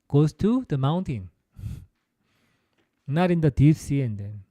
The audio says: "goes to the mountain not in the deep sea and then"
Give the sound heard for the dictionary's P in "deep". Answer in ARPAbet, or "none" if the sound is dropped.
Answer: F